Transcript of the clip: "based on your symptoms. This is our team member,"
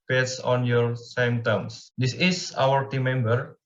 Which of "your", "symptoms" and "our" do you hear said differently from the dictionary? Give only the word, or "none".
symptoms